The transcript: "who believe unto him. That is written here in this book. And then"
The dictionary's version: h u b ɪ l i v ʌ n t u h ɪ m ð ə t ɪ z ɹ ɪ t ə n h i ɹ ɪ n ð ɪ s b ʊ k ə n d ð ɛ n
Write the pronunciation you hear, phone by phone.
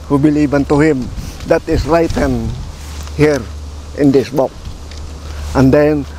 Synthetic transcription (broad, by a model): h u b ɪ l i b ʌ n t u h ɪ m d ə t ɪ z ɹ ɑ t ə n h i ɹ ɪ n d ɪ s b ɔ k ə n d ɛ n